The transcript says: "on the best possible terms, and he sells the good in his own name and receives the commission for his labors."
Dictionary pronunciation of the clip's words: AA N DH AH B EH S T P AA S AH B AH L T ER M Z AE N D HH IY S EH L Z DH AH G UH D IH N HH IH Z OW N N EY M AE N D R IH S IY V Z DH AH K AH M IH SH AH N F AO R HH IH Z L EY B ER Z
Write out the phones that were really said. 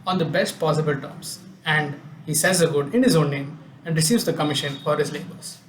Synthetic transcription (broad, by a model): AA N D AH B EH S T P AA S AH B AH L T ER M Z AE N D HH IY S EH Z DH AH G UH D IH N HH IH Z OW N N EY M AE N D R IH S IY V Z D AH K AH M IH SH AH N F AO R HH IH Z L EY B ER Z